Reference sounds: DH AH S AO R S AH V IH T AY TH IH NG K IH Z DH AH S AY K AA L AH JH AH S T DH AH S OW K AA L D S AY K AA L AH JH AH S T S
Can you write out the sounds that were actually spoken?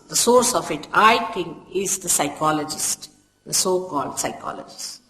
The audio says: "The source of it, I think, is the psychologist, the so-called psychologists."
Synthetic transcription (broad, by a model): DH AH S AO R S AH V IH T AY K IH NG IH Z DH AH S AY K AA L AH JH AH S T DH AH S OW K AA L D S AY K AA L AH JH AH S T